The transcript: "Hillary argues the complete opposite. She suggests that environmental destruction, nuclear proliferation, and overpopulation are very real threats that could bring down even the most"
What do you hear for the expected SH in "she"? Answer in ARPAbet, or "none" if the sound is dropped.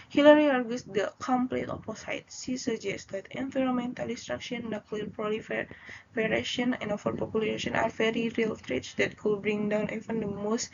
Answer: S